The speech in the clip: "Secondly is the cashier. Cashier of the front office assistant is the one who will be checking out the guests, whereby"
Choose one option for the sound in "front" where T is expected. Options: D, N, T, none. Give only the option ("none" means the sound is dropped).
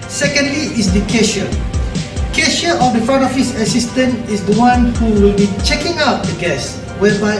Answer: none